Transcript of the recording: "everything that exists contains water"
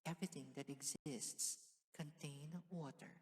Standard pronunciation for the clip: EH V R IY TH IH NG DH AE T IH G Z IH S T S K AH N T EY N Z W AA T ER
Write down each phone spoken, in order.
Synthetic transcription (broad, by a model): EH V R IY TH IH NG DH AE T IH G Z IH S T S K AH N T EY N W AA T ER